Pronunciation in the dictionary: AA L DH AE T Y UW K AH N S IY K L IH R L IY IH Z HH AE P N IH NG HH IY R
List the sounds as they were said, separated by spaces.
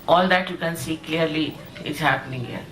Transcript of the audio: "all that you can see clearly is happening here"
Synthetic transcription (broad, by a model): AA L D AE T Y UW K AH N S IY K L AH R L IY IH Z HH AE P N IH NG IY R